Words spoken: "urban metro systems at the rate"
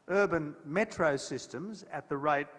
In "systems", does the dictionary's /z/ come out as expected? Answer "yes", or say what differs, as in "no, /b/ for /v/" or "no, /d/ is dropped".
yes